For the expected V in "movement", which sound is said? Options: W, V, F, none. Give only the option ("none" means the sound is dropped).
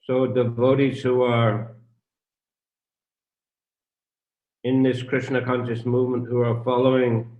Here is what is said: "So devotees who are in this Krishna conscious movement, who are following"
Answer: V